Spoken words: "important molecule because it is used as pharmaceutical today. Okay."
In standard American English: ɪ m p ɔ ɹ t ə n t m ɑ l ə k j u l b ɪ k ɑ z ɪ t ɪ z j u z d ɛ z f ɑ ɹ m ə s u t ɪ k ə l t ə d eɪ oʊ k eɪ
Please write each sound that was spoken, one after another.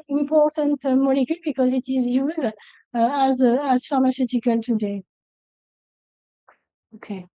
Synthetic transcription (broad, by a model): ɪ m p ɔ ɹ t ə n t m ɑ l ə k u l b ɪ k ɑ z ɪ t ɪ z j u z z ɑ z f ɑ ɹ m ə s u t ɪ k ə l t ə d eɪ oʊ k eɪ